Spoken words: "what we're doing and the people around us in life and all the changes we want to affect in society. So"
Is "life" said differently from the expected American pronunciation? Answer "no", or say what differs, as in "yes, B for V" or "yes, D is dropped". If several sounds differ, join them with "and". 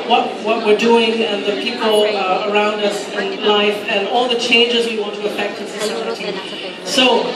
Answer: no